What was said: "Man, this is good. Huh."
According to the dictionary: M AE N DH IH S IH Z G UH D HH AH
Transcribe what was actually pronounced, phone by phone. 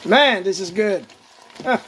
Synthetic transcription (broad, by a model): M AE N DH IH S IH Z G UH D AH